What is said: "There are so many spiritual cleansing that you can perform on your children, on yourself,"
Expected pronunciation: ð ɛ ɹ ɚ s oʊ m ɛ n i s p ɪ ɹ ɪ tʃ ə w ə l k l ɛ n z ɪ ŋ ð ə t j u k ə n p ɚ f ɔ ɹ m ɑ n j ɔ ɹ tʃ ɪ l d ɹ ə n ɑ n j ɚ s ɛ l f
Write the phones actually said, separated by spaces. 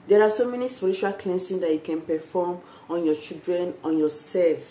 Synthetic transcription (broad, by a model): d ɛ ɹ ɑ s oʊ m ɛ n i s p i ɹ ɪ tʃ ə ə l k l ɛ n s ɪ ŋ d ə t j u k ə n p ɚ f ɔ m ɑ n j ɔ tʃ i l d ɹ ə n ɑ n j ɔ s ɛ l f